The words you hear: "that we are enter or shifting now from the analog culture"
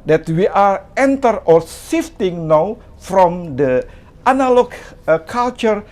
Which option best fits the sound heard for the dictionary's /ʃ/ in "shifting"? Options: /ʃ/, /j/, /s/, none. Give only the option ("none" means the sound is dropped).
/s/